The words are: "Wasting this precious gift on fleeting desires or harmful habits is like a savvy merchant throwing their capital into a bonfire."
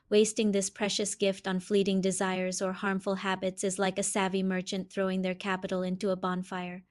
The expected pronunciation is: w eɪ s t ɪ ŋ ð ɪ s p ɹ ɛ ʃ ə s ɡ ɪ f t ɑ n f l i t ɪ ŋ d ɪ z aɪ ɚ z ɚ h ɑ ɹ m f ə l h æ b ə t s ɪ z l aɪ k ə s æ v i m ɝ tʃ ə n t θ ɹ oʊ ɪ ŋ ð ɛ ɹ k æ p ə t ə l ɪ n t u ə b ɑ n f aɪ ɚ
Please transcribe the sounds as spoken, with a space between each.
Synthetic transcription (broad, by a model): w eɪ s t ɪ ŋ ð ɪ s p ɹ ɛ ʃ ə s ɡ ɪ f t n f l i t ɪ ŋ d ɪ z aɪ ɚ z ɚ h ɑ ɹ m f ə l h æ b ə t s ɪ z l aɪ k ə s æ v i m ɝ tʃ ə n θ ɹ oʊ ɪ ŋ ð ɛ ɹ k æ p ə t l ɪ n t u ə b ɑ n f aɪ ɚ